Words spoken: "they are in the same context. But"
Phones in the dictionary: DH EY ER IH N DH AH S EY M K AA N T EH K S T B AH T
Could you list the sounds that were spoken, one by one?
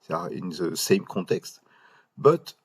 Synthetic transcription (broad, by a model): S IH N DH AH S EY M K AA T EH K S T B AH T